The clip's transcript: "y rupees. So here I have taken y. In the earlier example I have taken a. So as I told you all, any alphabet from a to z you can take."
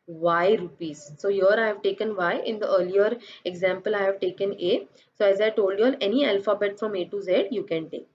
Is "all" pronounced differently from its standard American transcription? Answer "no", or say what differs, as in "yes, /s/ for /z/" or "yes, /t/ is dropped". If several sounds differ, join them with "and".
yes, /n/ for /l/